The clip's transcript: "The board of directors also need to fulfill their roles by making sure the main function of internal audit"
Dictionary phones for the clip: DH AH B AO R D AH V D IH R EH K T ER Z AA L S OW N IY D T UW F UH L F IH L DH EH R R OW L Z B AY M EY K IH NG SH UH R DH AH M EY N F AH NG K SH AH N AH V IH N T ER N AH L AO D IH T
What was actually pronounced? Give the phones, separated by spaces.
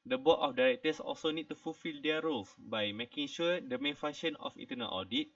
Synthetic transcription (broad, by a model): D AH B AO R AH F D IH R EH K T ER S AA L S OW N IY D T UW F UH L F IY L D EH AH R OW L S B AY M EY K IH NG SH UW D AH M EY N F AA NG SH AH N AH F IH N T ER N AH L AO D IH T